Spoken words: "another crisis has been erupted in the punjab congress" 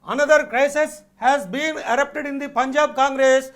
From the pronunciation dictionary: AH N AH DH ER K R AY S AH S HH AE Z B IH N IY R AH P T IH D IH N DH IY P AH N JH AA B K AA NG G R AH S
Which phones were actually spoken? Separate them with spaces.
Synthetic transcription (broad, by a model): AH N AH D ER K R AY S AH S HH AE Z B IH N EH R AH P T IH D IH N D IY P AH N JH AA B K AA NG G R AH S